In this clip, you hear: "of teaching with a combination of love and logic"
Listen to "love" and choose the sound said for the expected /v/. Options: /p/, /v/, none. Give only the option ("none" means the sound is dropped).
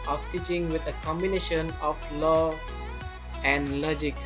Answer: none